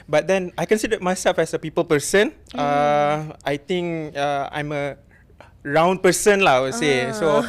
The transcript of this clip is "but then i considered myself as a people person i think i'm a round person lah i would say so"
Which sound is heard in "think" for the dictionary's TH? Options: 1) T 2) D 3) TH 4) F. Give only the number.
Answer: 1